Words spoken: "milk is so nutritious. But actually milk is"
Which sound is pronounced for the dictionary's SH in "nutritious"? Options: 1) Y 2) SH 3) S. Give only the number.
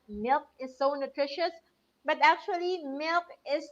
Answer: 2